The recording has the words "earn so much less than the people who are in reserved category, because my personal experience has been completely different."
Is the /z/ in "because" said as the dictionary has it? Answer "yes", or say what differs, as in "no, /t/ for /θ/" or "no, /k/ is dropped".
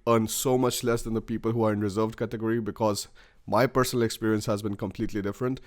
yes